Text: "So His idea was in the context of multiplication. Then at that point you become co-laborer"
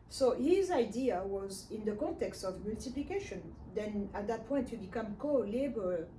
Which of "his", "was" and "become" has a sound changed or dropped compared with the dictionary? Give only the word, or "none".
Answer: none